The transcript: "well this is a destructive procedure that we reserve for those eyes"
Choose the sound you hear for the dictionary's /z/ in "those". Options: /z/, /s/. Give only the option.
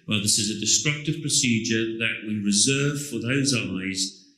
/z/